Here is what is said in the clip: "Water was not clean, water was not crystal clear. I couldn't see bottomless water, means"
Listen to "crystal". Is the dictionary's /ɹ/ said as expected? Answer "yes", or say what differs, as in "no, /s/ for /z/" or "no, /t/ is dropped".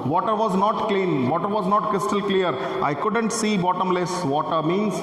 no, /ɹ/ is dropped